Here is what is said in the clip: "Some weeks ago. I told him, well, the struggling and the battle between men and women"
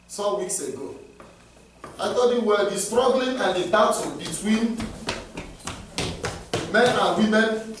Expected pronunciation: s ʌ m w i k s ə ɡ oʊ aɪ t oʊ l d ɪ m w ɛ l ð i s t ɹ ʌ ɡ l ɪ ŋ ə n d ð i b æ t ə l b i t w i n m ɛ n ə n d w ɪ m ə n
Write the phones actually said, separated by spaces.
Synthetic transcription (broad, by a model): s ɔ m w i k s ə ɡ oʊ aɪ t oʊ d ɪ w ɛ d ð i s t ɹ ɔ ɡ l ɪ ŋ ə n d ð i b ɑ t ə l b i t w i n m ɛ n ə n w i m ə n